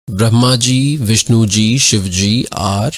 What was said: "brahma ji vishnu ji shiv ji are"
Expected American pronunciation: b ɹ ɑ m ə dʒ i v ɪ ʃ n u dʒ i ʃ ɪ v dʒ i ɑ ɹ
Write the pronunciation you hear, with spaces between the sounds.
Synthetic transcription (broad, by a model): b ɹ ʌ m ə dʒ i v ɪ ʃ n u dʒ i ʃ ɪ v dʒ i ɑ ɹ